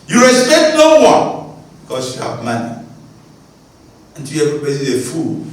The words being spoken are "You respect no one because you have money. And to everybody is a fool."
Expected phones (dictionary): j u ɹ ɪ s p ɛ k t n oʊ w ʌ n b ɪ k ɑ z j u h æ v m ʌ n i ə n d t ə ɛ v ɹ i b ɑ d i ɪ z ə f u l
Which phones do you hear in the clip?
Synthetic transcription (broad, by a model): j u ɹ ɪ s p ɛ k t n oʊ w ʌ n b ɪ k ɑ s j u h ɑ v m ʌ n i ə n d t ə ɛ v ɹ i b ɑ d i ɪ f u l